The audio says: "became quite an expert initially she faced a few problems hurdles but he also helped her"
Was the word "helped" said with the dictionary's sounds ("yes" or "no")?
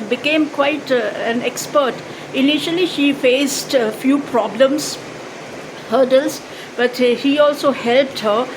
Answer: yes